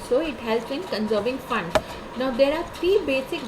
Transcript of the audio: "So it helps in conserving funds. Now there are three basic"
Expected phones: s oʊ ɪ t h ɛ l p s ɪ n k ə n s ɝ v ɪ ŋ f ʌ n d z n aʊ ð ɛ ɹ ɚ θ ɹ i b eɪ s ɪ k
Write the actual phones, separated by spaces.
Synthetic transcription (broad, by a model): s oʊ ɪ t h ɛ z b ɪ n k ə n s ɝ v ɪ ŋ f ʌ n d n aʊ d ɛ ɹ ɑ t ɹ i b eɪ s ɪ k